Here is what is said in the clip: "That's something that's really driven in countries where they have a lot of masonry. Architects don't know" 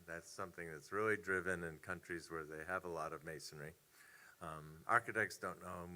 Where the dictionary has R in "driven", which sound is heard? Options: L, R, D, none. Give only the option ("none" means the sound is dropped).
R